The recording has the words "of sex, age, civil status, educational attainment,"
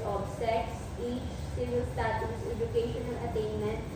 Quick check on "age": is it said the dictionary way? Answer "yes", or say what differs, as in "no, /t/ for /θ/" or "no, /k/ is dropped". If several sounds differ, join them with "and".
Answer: no, /tʃ/ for /dʒ/